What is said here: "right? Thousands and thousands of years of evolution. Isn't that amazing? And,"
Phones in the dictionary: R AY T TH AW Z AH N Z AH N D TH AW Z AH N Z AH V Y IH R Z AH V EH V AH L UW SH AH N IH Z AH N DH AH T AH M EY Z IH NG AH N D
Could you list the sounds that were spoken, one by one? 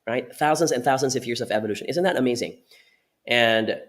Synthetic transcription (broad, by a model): R AY T TH AW Z AH N Z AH N TH AW Z AH N Z AH V Y IH R Z AH V EH V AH L UW SH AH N IH Z AH N DH AH T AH M EY Z IH NG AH N